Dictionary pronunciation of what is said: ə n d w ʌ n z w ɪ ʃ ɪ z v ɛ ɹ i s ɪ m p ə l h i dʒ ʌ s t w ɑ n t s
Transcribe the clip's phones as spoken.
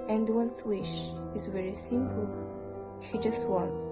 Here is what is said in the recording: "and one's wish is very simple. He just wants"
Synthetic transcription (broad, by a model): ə n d w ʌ n s w ɪ ʃ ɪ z v ɛ ɹ i s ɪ m p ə l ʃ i dʒ ʌ s t w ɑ n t s